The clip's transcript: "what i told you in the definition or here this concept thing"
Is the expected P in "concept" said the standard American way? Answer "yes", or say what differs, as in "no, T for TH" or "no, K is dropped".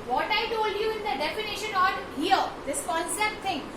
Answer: yes